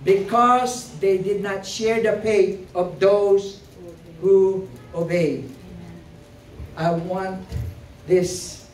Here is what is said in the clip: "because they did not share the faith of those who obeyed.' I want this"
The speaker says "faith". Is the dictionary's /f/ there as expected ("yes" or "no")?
no